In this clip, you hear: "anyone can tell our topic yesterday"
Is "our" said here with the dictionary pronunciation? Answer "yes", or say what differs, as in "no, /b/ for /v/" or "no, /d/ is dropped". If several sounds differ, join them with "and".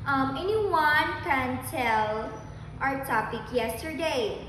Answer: yes